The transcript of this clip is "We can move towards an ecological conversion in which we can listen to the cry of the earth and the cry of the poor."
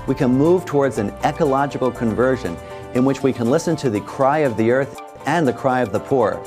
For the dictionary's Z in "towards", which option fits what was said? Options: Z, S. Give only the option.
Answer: Z